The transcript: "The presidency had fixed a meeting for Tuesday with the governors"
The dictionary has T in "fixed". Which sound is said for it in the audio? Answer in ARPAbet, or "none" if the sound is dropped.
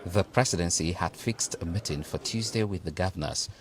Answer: T